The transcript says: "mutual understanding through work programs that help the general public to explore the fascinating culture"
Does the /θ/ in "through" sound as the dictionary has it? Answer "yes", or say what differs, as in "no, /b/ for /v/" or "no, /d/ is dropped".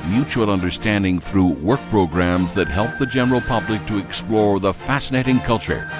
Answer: yes